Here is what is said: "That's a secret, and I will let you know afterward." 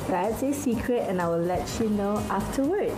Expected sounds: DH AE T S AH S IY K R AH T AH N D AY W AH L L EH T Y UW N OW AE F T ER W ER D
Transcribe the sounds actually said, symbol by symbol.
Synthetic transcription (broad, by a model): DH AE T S AH S IY K R AH T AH N AY W AH L L EH T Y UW N OW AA F T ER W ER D